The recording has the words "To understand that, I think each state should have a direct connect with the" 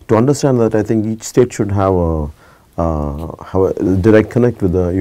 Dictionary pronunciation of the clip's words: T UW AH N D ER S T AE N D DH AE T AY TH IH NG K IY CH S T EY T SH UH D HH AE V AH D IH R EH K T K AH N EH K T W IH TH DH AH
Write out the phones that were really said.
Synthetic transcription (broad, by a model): T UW AH N D ER S T AE N D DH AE T AY T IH NG K IY CH S T EY T SH UH D HH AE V AH D IH R EH K T K AH N EH K T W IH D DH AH